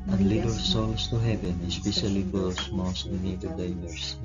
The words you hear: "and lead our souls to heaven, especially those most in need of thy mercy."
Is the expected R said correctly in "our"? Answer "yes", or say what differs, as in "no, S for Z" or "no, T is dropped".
no, L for R